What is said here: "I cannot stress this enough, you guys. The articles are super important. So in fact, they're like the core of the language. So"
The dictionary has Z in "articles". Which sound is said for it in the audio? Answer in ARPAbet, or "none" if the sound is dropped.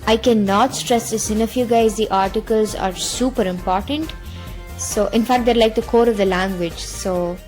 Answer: Z